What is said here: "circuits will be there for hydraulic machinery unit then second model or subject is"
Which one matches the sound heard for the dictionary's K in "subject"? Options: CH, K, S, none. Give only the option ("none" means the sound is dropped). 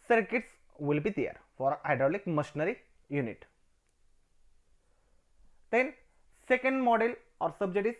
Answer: none